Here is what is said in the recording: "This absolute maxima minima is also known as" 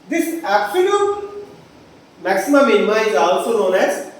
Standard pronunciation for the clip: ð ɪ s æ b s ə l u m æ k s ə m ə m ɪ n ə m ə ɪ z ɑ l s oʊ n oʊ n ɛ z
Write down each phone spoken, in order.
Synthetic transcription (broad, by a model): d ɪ s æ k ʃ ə n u m æ k s ə m ə m ɪ n ə m ə ɪ z ɑ l s oʊ n oʊ n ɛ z